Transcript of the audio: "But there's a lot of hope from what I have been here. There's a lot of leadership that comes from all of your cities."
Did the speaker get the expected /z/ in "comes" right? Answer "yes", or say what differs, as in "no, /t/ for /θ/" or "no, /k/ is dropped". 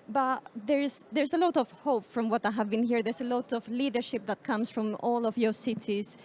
no, /s/ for /z/